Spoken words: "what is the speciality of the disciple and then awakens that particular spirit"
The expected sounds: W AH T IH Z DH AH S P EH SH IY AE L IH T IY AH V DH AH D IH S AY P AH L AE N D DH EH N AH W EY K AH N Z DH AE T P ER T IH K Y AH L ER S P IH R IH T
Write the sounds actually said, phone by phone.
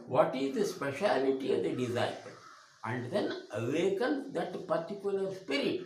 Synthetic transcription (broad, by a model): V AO T IH Z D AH S P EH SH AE L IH T IY AH V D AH D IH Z AY AH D AE N D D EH N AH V EY K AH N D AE T P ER T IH K Y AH L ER S P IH R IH T